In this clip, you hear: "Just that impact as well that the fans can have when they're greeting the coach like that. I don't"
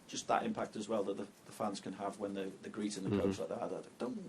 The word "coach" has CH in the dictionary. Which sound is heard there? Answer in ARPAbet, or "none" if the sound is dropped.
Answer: S